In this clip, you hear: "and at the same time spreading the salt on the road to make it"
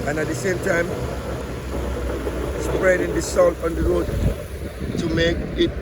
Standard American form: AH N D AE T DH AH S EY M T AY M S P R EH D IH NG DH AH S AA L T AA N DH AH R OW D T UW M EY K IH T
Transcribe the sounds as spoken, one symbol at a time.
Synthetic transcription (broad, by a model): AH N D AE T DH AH S EY M T AY M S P R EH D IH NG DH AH S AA N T AA N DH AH R OW D T UW M EY K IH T